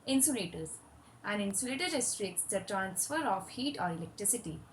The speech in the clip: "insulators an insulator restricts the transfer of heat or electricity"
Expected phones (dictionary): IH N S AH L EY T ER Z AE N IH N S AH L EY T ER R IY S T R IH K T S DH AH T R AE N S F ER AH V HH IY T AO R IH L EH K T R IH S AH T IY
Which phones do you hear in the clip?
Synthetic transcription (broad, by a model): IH N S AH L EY T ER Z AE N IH N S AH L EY T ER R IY S T R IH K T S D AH T R AE N S F ER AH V HH IY T AO R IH L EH K T R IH S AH T IY